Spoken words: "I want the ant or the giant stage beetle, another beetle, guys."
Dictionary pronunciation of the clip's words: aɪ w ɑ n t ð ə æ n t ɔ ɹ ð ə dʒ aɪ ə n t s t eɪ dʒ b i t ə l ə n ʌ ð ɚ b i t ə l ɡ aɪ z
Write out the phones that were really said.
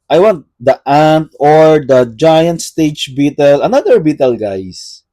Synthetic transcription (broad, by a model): aɪ w ɑ n t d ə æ n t ɔ ɹ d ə dʒ aɪ ə n t s t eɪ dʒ b i t ə l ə n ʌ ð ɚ b i t ə l ɡ aɪ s